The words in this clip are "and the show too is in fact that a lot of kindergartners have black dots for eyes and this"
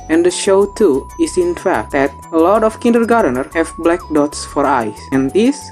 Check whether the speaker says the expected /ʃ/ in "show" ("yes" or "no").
yes